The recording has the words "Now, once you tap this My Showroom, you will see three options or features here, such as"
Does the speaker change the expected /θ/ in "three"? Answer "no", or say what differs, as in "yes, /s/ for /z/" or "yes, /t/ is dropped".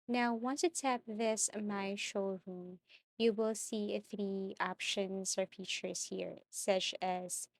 no